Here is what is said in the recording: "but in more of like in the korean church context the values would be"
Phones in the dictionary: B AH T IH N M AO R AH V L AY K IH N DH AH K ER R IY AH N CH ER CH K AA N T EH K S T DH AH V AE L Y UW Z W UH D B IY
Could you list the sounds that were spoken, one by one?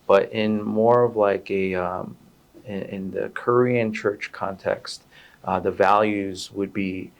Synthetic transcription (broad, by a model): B AH T IH N M AO R AH V L AY K IH N DH AH K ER R IY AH N CH ER CH K AA N T EH K S T DH AH V AE L Y UW Z W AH D B IY